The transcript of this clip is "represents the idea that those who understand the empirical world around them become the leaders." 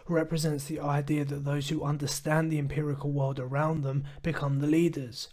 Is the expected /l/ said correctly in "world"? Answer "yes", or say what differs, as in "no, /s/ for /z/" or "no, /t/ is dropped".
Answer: yes